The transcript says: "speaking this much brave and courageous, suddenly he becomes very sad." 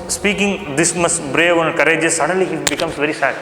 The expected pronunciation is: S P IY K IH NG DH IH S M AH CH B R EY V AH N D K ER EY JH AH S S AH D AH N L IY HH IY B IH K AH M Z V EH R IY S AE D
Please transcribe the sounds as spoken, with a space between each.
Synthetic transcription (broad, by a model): S P IY K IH NG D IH S M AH S B R EY V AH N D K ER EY JH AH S S AH D AH N L IY HH IY B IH K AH M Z V EH R IY S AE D